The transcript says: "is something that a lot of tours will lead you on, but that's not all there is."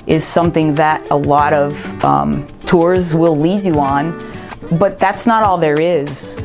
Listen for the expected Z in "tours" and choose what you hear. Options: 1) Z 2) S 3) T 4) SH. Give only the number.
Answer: 1